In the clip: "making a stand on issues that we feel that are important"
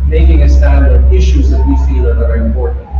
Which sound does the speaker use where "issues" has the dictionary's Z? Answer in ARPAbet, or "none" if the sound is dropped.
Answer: Z